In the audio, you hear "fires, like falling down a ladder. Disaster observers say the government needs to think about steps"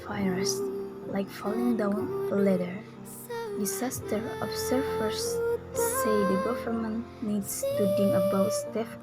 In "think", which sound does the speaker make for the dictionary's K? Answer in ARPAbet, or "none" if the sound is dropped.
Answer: none